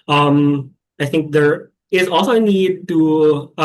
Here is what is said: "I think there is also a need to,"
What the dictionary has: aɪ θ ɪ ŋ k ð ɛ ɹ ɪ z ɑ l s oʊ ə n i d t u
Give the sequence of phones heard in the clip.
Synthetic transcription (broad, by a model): aɪ θ ɪ ŋ k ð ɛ ɹ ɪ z ɑ l s oʊ ə n i d t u